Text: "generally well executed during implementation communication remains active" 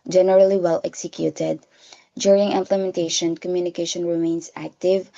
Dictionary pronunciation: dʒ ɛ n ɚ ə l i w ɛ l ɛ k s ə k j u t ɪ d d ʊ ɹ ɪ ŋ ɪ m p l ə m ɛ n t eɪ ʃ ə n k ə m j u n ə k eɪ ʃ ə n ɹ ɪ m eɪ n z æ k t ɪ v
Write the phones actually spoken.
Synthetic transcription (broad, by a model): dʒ ɛ n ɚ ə l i w ɛ l ɛ k s ə k j u t ɪ d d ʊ ɹ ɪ ŋ ɪ m p l ə m ɛ n t eɪ ʃ ə n k ə m j u n ə k eɪ ʃ ə n ɹ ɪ m eɪ n s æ k t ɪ v